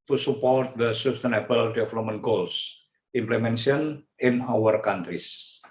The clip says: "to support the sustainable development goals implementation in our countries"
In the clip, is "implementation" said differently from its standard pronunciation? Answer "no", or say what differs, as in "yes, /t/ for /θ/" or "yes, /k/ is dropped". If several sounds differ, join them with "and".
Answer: yes, /s/ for /t/ and /ʃ/ is dropped